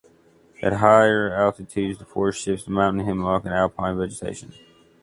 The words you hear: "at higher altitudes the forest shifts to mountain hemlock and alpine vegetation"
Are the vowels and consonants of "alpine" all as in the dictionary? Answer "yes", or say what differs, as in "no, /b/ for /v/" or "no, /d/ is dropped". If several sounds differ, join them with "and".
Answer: yes